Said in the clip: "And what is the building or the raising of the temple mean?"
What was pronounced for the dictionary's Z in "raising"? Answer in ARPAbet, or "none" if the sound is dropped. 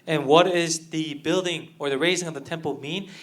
Z